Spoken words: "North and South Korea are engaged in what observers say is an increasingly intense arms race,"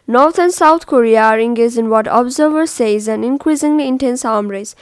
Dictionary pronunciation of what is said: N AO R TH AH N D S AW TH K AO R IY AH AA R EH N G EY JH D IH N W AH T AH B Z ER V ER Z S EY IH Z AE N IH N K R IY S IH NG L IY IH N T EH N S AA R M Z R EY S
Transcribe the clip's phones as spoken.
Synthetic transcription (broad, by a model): N AO R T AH N S AW T K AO R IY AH AA R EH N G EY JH IH N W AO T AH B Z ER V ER S EY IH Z AE N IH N K R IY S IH NG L IY IH N T EH N S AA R M R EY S